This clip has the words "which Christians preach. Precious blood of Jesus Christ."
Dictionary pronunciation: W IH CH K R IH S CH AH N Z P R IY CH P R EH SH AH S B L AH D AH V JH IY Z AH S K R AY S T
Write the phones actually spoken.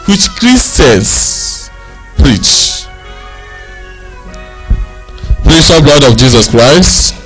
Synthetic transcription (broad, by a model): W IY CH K R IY S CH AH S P R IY CH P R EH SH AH B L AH D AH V JH IY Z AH S K R AY S T